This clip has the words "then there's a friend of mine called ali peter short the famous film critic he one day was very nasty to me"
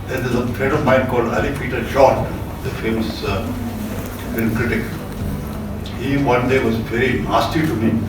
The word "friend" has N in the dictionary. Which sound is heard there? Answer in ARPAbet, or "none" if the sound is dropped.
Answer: none